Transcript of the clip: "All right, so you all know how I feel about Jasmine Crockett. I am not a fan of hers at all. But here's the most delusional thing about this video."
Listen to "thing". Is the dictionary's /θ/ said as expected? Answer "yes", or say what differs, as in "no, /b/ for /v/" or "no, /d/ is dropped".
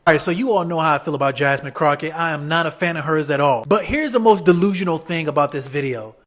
yes